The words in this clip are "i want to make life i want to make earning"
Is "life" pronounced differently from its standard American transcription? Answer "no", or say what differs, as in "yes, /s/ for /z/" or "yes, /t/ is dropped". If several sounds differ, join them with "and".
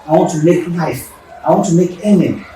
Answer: yes, /n/ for /l/